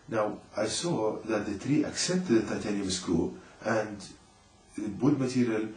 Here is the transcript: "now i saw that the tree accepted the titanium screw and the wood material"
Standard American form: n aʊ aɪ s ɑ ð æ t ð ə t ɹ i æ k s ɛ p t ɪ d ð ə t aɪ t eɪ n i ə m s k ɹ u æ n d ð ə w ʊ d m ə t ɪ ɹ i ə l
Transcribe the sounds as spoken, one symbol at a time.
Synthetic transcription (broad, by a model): n aʊ aɪ s ɑ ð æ t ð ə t ɹ i æ k s ɛ p t ɪ d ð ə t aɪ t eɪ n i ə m s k u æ n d ð ə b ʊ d m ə t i ɹ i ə l